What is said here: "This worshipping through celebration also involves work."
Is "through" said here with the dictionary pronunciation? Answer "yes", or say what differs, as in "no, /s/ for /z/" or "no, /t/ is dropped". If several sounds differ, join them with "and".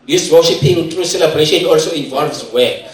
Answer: no, /t/ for /θ/